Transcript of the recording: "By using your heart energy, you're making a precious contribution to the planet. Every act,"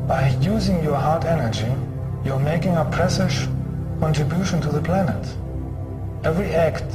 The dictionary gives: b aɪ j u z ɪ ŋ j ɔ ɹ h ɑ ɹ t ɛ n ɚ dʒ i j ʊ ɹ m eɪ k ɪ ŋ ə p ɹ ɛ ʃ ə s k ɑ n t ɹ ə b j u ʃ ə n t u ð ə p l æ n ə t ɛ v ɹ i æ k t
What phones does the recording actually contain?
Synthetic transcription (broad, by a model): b aɪ j u z ɪ ŋ j ɔ ɹ h ɑ ɹ t ɛ n ɚ dʒ i j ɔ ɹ m eɪ k ɪ ŋ ə p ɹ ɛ s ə ʃ k ɑ n t ɹ ə b j u ʃ ə n t u ð ə p l æ n ə t ɛ v ɹ i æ k t